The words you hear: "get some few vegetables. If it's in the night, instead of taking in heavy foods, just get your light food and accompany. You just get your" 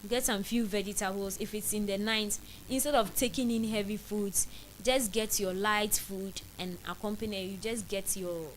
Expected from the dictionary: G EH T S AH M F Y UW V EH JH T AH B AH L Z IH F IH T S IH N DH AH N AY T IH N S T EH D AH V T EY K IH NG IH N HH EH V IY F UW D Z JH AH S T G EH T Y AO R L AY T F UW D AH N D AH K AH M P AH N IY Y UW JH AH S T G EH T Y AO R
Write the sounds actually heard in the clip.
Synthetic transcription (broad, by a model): G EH T S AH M F Y UW V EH JH T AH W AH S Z IH F IH T S IH N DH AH N AY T IH N S T EH D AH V T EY K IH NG IH N HH EH V IY F UW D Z JH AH S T G EH T Y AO L AY T F UW D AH N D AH K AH M P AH N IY Y UW JH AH S G EH T Y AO